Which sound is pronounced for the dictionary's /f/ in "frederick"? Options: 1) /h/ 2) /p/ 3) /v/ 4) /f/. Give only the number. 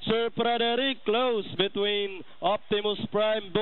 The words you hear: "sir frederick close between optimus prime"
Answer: 2